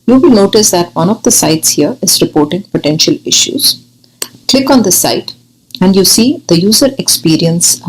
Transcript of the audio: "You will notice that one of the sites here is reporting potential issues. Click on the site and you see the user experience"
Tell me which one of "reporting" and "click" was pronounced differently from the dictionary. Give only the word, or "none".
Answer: none